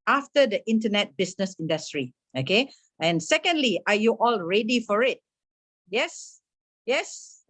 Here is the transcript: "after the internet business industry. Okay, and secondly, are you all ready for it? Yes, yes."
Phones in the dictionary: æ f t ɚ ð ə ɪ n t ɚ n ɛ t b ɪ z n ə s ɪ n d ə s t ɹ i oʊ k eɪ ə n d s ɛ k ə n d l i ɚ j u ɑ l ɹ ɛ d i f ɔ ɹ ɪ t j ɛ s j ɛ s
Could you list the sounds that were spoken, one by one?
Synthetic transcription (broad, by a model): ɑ f t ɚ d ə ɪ n t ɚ n ɛ t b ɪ s n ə s ɪ n d ə s t ɹ i oʊ k eɪ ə n s ɛ k ə n d l i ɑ j u ɑ l ɹ ɛ d i f ɔ ɹ ɪ t j ɛ s j ɛ s